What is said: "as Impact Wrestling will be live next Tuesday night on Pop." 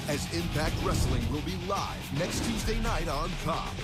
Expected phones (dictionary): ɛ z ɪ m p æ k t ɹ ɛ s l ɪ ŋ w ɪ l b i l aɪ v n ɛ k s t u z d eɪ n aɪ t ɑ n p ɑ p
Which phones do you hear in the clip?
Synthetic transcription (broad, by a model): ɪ z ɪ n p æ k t ɹ ɛ s l ɪ ŋ w ɪ l b i l aɪ v n ɛ k s t u z d eɪ n aɪ t ɑ n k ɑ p